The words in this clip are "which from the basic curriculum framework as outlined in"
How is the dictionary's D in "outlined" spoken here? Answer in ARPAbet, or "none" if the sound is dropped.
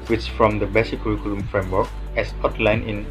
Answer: none